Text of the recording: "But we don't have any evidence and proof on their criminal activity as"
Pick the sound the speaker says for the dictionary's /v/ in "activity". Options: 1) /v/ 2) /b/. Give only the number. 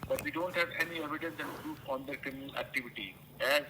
1